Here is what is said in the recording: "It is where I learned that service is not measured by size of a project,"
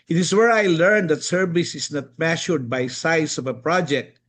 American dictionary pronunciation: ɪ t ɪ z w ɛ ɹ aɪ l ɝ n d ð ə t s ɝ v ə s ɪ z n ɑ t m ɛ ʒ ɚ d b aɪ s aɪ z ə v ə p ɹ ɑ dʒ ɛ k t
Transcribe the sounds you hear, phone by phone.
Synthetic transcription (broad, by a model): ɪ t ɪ s w ɛ ɹ aɪ l ɝ n d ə t s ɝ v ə s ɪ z n ɑ t m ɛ ʃ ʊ d b aɪ s aɪ s ə v ə p ɹ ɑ dʒ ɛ k t